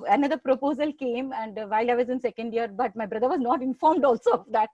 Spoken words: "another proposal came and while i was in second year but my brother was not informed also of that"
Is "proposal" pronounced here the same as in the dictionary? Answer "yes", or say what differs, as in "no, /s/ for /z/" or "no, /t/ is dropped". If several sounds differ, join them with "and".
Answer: yes